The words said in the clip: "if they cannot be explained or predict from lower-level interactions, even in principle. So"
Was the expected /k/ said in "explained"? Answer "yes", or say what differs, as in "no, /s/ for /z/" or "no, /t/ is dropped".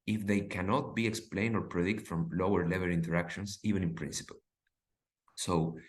yes